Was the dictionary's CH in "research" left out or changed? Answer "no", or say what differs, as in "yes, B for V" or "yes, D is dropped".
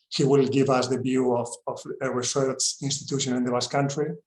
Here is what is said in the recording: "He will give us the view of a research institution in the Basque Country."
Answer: yes, S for CH